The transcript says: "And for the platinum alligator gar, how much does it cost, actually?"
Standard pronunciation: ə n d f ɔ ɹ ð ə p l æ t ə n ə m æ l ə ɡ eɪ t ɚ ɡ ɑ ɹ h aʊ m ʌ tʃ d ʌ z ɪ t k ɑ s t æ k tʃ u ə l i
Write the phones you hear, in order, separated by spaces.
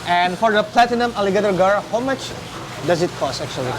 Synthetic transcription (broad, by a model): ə n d f ɔ ɹ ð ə p l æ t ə n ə m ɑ l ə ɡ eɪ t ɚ ɡ ɑ ɹ h aʊ m ʌ tʃ d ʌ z ɪ t k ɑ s æ k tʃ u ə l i